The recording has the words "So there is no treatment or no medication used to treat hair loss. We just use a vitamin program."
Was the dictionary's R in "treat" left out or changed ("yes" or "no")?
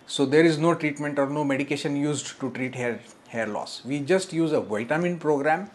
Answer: no